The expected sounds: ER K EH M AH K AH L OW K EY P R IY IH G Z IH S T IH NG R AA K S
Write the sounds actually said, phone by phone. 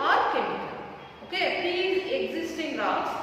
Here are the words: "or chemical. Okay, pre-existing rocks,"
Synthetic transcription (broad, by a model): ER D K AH N OW K EY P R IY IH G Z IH S T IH NG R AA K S